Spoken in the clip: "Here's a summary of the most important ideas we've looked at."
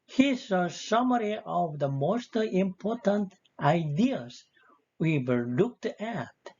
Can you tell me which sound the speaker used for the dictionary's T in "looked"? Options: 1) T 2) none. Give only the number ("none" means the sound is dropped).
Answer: 1